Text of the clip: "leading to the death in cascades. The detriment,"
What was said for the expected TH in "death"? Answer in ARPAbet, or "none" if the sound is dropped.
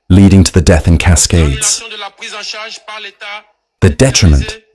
TH